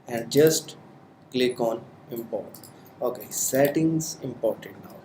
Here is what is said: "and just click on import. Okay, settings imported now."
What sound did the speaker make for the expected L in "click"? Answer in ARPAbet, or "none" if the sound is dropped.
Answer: L